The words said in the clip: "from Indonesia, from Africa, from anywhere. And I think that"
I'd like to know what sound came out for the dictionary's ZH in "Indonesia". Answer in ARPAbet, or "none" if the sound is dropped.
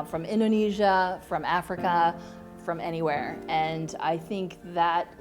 ZH